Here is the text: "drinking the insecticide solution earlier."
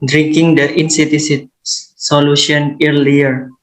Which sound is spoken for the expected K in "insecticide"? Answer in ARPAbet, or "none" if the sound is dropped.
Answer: none